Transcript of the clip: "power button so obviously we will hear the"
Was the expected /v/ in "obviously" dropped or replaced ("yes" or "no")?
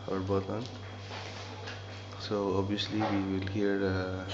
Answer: yes